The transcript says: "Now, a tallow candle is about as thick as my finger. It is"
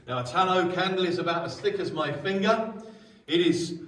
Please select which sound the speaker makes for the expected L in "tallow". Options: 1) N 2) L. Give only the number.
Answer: 1